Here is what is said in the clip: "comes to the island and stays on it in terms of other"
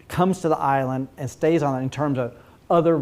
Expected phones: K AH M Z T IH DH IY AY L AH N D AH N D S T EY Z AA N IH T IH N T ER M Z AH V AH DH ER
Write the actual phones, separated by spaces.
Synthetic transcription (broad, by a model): K AH M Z T IH DH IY AY L AH N D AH N S T EY Z N IH T IH N T ER M Z AH V AH DH ER